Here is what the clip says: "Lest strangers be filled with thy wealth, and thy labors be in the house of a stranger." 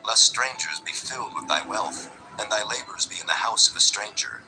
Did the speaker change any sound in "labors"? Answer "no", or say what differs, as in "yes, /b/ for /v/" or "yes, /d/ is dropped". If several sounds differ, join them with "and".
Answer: no